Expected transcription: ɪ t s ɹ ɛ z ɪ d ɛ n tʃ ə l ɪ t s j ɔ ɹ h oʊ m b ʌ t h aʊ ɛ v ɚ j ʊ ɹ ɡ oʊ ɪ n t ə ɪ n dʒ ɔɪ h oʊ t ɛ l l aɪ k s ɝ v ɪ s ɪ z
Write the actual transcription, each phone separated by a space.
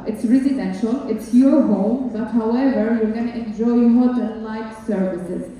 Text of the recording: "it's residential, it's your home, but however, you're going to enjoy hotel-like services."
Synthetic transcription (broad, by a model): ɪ t s ɹ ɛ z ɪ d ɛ n ʃ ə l ɪ t s j ɔ ɹ h oʊ m b ʌ t h aʊ ɛ v ɚ j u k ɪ n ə n dʒ ɔɪ h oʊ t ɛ n l aɪ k s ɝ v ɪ s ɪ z